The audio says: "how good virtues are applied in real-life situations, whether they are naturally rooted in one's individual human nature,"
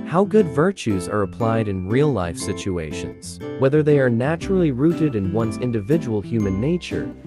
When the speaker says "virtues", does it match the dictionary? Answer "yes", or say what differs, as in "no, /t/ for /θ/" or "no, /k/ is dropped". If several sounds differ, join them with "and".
yes